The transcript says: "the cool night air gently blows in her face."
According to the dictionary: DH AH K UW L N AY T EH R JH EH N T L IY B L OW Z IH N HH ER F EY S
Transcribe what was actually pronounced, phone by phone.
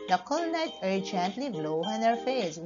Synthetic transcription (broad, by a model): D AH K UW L N AY T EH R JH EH N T L IY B L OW IH N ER F EY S